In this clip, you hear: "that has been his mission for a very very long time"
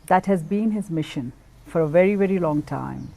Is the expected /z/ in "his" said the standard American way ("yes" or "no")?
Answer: yes